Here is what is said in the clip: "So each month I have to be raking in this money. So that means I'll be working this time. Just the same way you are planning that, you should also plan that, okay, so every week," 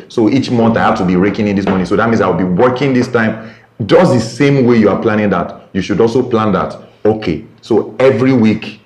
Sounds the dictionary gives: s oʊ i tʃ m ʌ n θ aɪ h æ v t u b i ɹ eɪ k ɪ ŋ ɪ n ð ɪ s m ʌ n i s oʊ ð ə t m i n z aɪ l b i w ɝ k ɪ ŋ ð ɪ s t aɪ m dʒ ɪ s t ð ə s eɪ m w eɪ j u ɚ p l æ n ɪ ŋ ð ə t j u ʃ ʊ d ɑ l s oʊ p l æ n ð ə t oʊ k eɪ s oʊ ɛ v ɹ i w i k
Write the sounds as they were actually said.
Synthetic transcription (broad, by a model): s oʊ i tʃ m ʌ n θ aɪ h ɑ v t u b i ɹ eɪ k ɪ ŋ ɪ n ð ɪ s m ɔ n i s oʊ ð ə t m i n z aɪ l b i w ɝ k ɪ ŋ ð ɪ s t aɪ m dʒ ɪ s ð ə s eɪ m w eɪ j u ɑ p l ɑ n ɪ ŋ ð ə t j u ʃ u d ɑ l s oʊ p l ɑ n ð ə t oʊ k eɪ s oʊ ɛ v ɹ i w i k